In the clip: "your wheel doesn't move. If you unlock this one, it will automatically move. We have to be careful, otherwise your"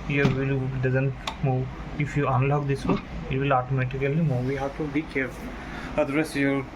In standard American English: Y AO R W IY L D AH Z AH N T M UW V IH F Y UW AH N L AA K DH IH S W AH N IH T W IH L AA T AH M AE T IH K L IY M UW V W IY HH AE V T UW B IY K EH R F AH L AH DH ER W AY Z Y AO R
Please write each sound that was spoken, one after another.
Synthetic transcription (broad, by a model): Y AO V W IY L D AH Z AH N T M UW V IH F Y UW AH N L AA K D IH S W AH IH T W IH L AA T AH M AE T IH K L IY M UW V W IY HH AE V T UW B IY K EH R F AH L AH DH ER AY S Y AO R